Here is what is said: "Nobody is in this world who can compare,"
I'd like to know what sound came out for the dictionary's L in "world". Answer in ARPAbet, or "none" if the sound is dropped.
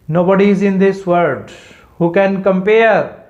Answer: none